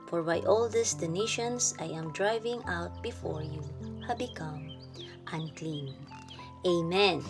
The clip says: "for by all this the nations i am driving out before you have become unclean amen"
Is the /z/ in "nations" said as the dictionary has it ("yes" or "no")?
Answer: no